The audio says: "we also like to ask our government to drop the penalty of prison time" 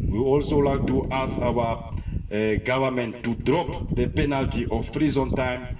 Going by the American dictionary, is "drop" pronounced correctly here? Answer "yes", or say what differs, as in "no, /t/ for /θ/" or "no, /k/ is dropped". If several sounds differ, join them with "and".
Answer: yes